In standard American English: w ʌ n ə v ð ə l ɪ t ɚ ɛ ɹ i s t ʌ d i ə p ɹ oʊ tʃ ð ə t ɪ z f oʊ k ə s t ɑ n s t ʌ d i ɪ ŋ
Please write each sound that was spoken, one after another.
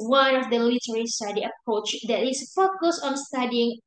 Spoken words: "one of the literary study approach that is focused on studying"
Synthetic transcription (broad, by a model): w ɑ n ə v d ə l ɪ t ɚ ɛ ɹ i s t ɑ d i ə p ɹ oʊ tʃ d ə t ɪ s f oʊ k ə s ɑ n s t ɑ d i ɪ ŋ